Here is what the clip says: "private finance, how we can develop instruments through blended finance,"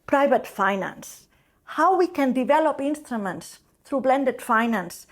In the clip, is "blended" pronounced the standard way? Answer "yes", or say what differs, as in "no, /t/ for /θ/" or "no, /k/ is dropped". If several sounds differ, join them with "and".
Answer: yes